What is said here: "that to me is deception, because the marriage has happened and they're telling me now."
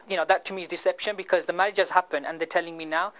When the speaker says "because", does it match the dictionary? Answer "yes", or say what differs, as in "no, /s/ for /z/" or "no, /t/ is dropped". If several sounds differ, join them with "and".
yes